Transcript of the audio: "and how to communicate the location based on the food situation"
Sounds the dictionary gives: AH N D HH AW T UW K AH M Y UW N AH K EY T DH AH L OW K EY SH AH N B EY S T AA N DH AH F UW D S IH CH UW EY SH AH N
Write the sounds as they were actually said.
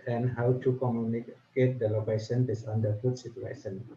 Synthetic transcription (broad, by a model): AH N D HH AW T UW K AH M Y UW N AH K EY T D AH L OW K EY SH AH N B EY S AA N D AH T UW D S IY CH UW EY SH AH N